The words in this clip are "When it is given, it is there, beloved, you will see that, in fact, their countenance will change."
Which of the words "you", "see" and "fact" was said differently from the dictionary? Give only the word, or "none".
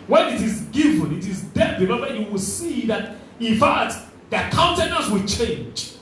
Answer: fact